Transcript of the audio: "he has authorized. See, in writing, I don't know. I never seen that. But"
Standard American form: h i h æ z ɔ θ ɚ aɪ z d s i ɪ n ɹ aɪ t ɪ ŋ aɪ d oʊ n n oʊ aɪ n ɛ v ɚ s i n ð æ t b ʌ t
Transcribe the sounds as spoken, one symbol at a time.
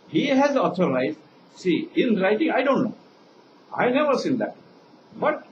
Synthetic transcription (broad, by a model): h i h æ z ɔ t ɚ aɪ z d s i ɪ n ɹ aɪ t ɪ ŋ aɪ d oʊ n n oʊ aɪ n ɛ v ɚ s i n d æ t b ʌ t